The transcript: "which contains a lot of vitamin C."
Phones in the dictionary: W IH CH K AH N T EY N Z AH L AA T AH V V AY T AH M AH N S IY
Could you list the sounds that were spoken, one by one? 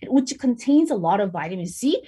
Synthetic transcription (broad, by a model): W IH CH K AH N T EY N Z AH L AA T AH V V AY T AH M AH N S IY